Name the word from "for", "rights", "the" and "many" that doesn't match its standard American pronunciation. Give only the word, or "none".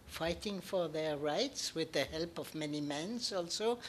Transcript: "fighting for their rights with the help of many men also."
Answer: none